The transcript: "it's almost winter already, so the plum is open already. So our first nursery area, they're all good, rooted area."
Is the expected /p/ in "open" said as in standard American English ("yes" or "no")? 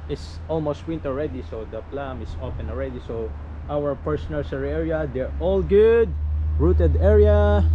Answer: no